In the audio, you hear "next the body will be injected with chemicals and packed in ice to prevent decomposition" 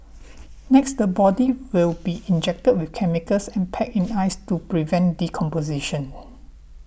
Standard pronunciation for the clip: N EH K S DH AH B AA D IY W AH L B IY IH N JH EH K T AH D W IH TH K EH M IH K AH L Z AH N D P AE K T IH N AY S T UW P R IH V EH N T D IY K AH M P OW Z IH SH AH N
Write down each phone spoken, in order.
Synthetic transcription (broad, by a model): N EH K S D AH B AA D IY W AH L B IY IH N JH EH K T AH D W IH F K EH M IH K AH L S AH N P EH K IH N AY S T UW P R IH V EH N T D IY K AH M P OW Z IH SH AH N